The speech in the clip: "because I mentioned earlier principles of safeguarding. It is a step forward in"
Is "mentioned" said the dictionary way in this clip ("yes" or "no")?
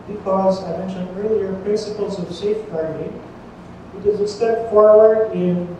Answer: no